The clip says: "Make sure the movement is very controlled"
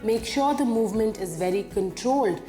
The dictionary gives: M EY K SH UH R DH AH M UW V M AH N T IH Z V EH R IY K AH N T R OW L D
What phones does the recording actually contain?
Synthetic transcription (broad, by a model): M EY K SH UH R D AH M UW V M AH N T IH Z V EH R IY K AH N T R OW L D